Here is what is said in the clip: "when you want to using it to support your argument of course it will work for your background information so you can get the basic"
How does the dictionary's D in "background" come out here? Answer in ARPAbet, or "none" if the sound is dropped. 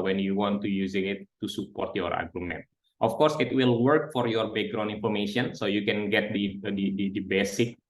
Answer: none